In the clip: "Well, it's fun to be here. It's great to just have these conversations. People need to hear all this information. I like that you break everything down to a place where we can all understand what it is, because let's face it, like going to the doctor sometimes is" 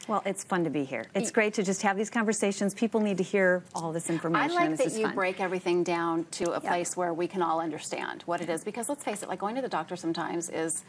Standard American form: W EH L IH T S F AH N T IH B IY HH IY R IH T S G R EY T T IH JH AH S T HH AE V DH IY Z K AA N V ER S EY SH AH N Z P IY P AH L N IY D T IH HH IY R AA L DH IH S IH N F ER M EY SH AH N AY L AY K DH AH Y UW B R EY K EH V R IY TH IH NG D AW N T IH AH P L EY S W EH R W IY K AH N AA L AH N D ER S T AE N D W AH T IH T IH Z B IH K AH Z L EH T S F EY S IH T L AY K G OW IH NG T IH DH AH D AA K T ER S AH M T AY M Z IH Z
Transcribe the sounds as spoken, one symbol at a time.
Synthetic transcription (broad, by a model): W EH L IH T S F AH N T IH B IY HH IY R IH T S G R EY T T IH JH AH S T HH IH V DH IY Z K AA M V ER S EY SH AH N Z P IY P L N IY D T IH HH IY R AA L DH IH S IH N F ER M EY AH IH L AY K DH AH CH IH B R EY K EH V R IY TH IH NG D AW N T IH AH P L EY S W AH R W IY K AH N AA L AH N D ER S T AE N D W AH T IH T IH Z B IH K AH Z L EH T S F EY S IH T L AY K G OW IH NG T IH DH AH D AA K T ER S AH M T AY M Z IH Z